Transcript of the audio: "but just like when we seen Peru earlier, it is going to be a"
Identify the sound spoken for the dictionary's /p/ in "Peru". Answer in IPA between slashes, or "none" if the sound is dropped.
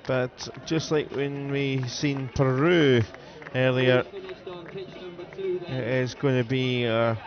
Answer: /p/